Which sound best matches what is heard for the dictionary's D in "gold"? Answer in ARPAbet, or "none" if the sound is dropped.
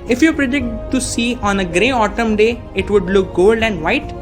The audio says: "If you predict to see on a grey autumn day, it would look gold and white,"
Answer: D